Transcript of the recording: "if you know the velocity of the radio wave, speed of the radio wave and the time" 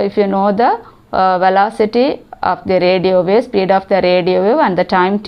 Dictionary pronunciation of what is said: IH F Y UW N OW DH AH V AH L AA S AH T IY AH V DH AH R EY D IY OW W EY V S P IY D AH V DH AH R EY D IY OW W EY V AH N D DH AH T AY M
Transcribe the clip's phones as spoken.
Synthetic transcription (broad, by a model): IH F Y UW N OW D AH V AH L AA S AH T IY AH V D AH R EY D IY OW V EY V S P IY D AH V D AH R EY D IY OW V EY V AH N D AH T AY M